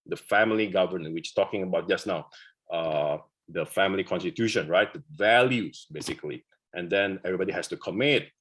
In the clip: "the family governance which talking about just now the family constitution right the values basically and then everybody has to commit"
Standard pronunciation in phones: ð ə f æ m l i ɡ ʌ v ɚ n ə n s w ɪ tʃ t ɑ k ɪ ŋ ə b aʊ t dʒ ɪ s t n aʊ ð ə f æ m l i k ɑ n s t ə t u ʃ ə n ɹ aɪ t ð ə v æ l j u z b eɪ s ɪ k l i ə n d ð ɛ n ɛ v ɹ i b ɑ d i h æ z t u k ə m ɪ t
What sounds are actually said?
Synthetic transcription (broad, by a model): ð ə f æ m l i ɡ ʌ v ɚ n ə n w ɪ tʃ t ɑ k ɪ ŋ ə b aʊ t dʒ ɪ s n aʊ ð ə f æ m l i k ɑ n s t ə t u ʃ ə n ɹ aɪ t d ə v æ l j u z b eɪ s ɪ k l i ə n d ɛ n ɛ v ɹ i b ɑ d i h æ s t u k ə m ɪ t